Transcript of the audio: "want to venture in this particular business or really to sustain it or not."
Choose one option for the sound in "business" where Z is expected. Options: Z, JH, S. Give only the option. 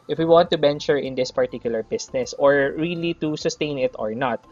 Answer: S